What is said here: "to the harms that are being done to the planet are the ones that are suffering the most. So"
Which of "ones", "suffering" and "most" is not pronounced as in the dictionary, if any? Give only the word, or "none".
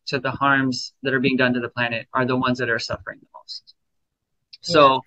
none